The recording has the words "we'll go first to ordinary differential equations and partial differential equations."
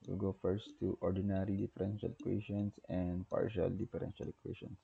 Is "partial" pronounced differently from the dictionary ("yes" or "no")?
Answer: no